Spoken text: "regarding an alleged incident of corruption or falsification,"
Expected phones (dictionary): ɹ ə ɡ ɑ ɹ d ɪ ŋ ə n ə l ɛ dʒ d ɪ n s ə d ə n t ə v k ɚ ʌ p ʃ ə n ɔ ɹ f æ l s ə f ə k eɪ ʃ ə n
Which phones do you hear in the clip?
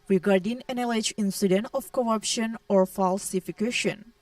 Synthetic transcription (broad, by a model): ɹ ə ɡ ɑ ɹ d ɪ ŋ ə n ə l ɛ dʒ ɪ n s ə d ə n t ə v k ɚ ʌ p ʃ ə n ɔ ɹ f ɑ l s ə f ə k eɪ ʃ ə n